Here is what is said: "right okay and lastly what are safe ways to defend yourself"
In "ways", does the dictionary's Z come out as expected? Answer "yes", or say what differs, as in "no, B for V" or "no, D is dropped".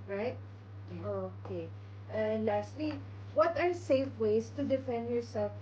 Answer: no, S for Z